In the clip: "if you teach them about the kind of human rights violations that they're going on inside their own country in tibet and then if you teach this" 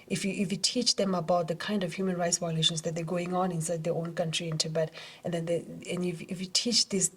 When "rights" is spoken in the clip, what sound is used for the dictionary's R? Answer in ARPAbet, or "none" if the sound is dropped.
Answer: R